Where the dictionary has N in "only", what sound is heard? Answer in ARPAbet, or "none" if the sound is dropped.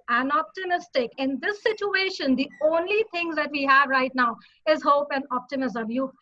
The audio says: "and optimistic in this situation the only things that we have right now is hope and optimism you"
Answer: N